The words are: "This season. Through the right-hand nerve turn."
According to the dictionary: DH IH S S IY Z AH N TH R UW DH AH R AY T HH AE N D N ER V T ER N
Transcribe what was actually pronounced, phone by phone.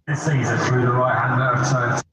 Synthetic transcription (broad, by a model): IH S S IY Z AH N TH R UW DH AH R AY T HH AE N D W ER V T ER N